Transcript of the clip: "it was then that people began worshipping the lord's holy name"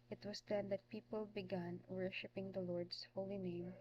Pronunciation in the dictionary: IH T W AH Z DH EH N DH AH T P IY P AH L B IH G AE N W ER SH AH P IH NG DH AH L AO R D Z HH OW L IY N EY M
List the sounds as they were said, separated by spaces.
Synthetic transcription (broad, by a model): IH T W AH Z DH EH N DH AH T P IY P AH L B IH G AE N W ER SH AH P IH NG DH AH L AO R D S HH OW L IY N EY M